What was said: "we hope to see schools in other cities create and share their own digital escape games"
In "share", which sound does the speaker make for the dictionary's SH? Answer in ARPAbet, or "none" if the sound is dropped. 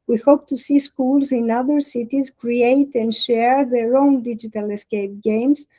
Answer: SH